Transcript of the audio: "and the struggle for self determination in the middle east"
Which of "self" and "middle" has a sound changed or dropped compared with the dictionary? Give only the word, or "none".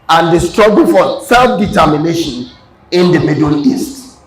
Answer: middle